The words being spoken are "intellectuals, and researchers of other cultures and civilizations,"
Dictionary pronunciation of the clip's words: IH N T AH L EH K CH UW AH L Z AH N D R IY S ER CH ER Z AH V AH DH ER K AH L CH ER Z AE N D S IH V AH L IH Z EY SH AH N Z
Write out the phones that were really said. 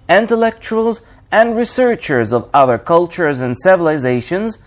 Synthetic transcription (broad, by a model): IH N T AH L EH K CH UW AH L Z AH N D R IY S ER CH ER Z AH V AH DH ER K AH L CH ER Z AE N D S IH V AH L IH Z EY SH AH N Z